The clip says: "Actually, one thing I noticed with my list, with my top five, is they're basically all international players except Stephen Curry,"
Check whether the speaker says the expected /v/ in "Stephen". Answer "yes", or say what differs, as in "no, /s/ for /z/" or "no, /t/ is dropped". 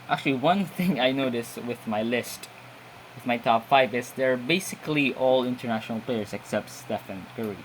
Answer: no, /f/ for /v/